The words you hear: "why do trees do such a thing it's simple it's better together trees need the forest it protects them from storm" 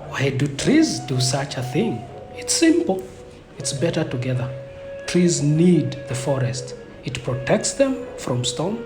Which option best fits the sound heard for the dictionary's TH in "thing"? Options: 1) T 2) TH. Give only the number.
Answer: 2